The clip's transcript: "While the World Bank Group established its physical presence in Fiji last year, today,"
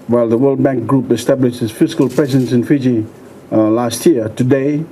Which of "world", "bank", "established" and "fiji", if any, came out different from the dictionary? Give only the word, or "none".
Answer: none